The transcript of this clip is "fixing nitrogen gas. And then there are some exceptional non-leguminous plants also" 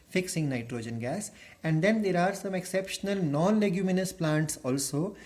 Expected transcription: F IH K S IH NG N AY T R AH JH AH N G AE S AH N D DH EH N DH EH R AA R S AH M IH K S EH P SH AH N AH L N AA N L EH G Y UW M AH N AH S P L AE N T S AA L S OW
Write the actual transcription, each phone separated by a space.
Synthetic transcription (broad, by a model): F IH K S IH NG N AY T R AH JH AH N G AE S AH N D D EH N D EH R AA R S AH M IH K S EH P SH AH N AH L N AA N L EH G Y UW M AH N AH S P L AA N T S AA L S OW